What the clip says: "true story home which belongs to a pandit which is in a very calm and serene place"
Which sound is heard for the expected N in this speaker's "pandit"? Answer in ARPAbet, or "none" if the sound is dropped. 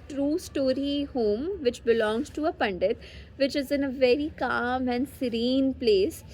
N